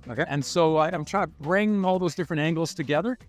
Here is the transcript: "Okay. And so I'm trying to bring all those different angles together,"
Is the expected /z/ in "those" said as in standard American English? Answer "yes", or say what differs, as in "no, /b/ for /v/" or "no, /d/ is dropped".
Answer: yes